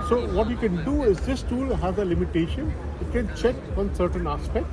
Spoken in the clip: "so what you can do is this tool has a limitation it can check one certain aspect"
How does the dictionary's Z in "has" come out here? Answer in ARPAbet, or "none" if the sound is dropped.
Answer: Z